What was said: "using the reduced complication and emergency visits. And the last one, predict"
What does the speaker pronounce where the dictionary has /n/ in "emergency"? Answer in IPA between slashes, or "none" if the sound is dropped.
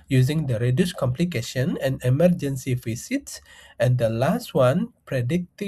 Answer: /n/